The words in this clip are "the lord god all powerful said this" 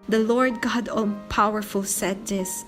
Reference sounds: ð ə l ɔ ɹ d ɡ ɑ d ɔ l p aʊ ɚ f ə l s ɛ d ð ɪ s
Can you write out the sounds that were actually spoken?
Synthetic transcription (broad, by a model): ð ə l ɔ ɹ d ɡ ɑ d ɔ n p aʊ ɚ f ə l s ɛ d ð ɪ s